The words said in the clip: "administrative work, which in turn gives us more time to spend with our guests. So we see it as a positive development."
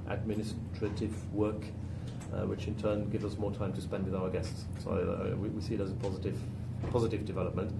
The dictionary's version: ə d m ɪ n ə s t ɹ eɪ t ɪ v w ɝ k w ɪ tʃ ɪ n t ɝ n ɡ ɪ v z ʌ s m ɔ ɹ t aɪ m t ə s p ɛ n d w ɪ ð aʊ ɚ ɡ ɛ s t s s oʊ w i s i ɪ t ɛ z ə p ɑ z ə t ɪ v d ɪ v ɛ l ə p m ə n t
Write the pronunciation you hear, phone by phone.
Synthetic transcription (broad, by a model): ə d m ɪ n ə s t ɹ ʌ t ɪ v w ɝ k w ɪ tʃ ɪ n t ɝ n ɡ ɪ v z ʌ s m ɔ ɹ t aɪ m t ə s p ɛ n d w ɪ ð aʊ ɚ ɡ ɛ s t s s oʊ w i s i ɪ t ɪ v ə p ɑ z ə t ɪ v d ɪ v ɛ l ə p m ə n t